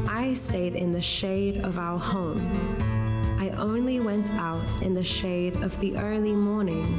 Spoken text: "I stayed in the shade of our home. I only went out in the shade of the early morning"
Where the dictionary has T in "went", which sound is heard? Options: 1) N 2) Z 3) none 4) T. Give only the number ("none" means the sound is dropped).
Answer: 4